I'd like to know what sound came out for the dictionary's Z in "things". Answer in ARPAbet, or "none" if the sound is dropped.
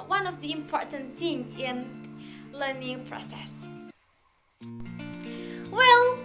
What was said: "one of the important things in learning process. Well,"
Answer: none